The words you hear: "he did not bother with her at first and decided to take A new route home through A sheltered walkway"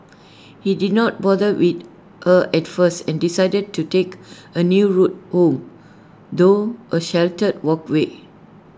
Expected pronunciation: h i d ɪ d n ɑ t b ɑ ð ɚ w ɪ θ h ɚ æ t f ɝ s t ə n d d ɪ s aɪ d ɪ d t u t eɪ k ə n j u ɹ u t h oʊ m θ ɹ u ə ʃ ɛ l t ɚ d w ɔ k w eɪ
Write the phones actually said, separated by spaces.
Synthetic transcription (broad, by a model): h i d ɪ d n ɑ t b ɑ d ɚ w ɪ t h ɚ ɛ t f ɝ s ə n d d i s aɪ d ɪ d t u t eɪ k ə n j u ɹ u t h oʊ m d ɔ ə ʃ ɛ l t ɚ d w ɔ k w eɪ